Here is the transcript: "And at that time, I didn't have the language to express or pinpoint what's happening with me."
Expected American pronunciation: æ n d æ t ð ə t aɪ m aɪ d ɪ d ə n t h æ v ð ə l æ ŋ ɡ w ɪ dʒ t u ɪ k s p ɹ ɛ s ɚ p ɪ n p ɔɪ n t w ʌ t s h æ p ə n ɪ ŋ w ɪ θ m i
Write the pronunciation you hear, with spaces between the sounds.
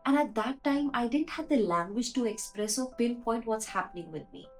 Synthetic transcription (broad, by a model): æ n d æ t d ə t aɪ m aɪ d ɪ d ə n t h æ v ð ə l æ ŋ ɡ w ɪ dʒ t u ɪ k s p ɹ ɛ s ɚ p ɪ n p ɔɪ n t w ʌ t s h æ p ə n ɪ ŋ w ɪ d m i